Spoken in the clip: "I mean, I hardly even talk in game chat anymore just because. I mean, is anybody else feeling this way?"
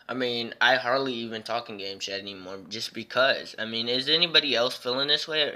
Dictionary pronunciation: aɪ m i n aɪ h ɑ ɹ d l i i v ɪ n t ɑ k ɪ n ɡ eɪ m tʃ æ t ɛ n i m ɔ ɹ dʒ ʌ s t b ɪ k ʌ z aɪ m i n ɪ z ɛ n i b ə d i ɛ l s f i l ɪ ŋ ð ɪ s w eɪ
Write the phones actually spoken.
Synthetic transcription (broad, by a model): aɪ m i n aɪ h ɑ ɹ d l i i v ɪ n t ɑ k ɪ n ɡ eɪ m ʃ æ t ɛ n i m ɔ ɹ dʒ ʌ s b ɪ k ʌ z aɪ m i n ɪ z ɛ n i b ə d i ɛ l s f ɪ l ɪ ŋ ð ɪ s w eɪ